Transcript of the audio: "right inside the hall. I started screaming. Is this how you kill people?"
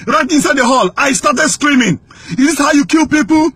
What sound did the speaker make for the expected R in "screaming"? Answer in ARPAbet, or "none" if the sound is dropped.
R